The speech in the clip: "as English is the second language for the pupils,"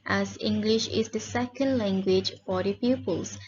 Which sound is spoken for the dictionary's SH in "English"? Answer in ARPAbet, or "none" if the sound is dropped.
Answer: SH